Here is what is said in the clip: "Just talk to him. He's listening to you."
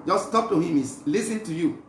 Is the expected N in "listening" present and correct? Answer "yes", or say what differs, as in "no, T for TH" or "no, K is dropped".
no, N is dropped